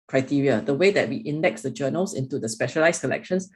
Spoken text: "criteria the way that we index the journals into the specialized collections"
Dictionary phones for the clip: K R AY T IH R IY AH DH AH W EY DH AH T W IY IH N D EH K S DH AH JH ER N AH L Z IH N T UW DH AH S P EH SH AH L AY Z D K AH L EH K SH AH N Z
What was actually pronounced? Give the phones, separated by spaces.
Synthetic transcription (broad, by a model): K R AY T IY R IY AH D AH W EY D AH T W IY IH N D EH K S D AH JH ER N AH L S IH N T UW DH AH S P EH SH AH L AY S K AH L EH K SH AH N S